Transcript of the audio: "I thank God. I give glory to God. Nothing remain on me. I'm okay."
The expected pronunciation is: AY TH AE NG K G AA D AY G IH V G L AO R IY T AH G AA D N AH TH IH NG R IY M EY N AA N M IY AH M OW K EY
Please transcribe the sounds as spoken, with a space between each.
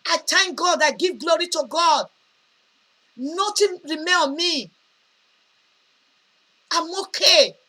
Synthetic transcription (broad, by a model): AY T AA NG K G AA D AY G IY V G L AO R IY T AH G AA D N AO T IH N R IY M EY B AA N M IY AH M OW K EY